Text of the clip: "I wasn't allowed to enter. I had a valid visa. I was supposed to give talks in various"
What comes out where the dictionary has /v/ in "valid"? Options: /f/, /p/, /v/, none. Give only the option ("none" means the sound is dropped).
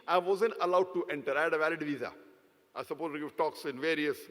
/v/